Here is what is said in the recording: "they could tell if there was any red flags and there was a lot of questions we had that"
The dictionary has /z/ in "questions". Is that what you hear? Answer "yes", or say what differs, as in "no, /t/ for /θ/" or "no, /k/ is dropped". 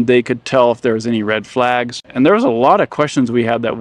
yes